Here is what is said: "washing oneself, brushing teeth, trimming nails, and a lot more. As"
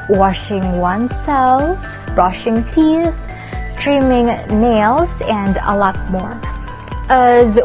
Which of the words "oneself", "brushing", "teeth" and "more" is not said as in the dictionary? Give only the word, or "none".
none